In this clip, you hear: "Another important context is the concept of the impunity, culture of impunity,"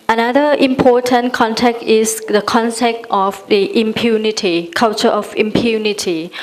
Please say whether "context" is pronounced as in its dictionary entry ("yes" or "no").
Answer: no